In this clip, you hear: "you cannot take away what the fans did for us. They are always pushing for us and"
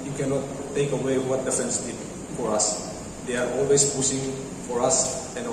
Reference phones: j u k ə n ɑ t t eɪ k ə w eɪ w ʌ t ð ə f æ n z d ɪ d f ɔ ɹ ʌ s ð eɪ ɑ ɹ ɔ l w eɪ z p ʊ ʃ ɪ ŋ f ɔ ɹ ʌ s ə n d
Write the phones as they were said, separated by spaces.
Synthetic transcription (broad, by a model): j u k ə n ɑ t t eɪ k ə w eɪ w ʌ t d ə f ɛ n s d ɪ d f ɔ ɹ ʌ s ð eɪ ɑ ɹ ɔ l w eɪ s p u s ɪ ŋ f ɔ ɹ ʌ s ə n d